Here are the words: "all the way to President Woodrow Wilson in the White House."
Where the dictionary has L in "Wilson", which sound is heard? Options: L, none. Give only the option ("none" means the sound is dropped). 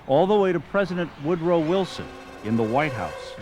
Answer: L